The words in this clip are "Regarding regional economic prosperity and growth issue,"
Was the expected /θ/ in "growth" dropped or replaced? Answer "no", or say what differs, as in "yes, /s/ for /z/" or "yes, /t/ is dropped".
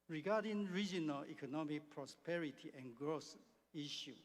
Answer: yes, /s/ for /θ/